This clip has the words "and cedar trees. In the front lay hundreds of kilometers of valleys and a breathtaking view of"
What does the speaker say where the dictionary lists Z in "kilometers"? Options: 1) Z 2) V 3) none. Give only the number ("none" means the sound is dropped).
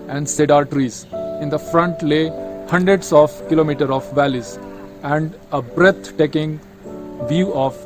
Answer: 3